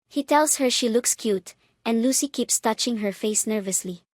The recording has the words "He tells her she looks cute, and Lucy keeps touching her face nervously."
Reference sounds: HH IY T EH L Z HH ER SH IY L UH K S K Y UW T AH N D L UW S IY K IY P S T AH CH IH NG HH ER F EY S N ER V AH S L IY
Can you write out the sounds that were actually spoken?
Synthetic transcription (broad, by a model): HH IY T EH L S HH ER SH IY L UH K S K Y UW T AH N D L UW S IY K IY P S T AH CH IH NG HH ER F EY S N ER V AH S L IY